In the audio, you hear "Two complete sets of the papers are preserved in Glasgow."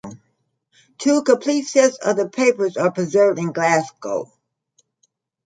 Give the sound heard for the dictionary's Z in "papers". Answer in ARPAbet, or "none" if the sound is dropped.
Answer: Z